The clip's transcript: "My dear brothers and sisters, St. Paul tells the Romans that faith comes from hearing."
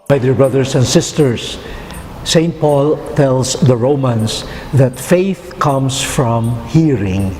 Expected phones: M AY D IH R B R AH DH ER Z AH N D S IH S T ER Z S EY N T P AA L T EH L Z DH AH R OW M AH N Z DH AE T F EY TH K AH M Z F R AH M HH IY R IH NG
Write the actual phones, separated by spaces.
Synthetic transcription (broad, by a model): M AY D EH R B R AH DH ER S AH N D S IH S T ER S EY N T P AA L T EH L S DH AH R OW M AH N S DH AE T F EY TH K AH M S F R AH M HH IY R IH NG